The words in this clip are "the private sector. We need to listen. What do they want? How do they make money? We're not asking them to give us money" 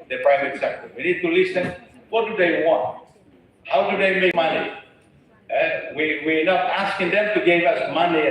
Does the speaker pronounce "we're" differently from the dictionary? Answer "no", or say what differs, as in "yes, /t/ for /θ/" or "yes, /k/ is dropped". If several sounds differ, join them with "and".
yes, /w/ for /ɹ/